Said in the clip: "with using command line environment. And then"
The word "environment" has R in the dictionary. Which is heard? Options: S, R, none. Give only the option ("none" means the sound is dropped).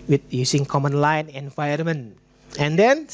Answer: none